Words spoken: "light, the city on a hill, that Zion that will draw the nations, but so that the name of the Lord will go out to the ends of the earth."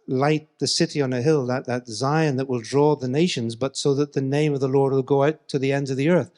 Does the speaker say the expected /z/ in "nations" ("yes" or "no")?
yes